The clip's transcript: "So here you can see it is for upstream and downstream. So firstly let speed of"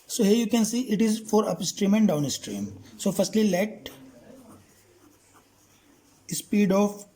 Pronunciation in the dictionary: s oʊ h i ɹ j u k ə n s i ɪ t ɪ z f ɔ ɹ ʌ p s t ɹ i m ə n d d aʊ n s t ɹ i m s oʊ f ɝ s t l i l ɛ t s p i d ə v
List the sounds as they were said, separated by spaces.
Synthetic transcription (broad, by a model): s oʊ h i ɹ j u k ə n s i ɪ t ɪ z f ɔ ɹ ʌ p s t ɹ i m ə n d d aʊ n s t ɹ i m s oʊ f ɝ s t l i l ɛ t s p i d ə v